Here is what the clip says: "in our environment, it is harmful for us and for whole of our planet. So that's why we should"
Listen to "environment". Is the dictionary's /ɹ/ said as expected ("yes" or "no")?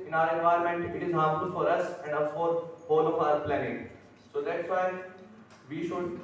no